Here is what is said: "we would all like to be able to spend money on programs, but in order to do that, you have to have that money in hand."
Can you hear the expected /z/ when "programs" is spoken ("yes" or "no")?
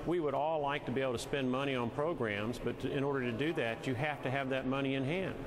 yes